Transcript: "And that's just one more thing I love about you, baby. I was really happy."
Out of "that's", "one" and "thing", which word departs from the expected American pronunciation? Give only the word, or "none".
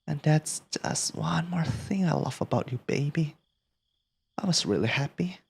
none